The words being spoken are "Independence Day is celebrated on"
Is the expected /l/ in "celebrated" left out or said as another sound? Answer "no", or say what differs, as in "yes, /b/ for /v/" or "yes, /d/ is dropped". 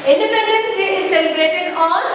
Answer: no